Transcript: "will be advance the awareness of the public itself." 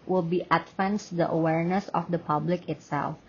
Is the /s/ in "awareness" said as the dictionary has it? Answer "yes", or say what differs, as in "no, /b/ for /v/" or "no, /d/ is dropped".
yes